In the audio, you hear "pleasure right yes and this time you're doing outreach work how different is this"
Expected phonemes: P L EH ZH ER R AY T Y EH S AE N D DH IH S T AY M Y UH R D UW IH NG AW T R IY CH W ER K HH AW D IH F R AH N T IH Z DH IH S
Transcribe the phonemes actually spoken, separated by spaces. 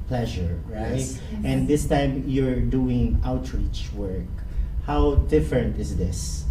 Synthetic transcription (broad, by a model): P L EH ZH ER R AY T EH N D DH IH S T AY M Y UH R D UW IH NG AW T R IY CH W ER K HH AW D IH F R AH N T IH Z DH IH S